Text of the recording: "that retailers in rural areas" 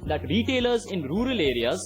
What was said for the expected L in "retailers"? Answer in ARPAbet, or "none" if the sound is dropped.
L